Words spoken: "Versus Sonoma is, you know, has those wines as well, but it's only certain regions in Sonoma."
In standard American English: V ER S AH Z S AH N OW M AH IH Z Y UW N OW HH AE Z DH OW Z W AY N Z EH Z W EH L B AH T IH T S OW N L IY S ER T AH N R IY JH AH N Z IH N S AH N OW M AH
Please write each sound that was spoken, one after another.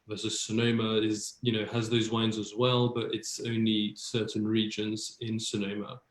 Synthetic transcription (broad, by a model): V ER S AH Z S AH N OW M AH IH Z Y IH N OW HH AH Z DH OW Z W AY N Z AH Z W EH L B AH T IH T S OW N L IY S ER T N R IY JH AH N Z IH N S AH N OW M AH